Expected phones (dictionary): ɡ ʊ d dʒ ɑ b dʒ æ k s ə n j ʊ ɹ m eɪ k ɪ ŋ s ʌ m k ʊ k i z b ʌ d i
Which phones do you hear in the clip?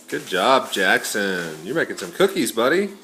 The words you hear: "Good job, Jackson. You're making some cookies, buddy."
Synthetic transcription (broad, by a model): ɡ ʊ d dʒ ɑ b dʒ æ k s ə n j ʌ ɹ m eɪ k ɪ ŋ s ʌ m k ʊ k i z b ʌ d i